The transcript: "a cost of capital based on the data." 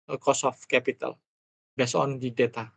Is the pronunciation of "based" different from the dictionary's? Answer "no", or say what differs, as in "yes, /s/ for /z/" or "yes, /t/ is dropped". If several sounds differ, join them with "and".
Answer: yes, /t/ is dropped